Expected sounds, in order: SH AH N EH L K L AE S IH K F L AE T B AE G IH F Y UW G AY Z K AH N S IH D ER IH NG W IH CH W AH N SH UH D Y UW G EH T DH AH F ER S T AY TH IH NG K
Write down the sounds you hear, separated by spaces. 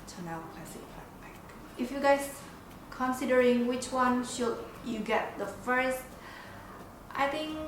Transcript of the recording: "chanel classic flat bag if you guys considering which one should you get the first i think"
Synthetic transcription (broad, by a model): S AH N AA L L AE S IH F AA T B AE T IH F Y UW G AY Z K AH N S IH D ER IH NG W IH CH W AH N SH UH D Y UW G EH T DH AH F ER S T AY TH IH NG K